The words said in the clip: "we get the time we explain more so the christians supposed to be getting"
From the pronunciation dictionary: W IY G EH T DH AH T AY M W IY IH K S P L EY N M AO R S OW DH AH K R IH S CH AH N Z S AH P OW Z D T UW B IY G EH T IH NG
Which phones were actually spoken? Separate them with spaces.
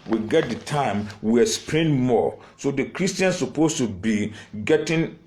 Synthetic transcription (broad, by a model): W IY G EH T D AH T AY M W IY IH S P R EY N M AO S OW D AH K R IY S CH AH N S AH P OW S T UW B IY G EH T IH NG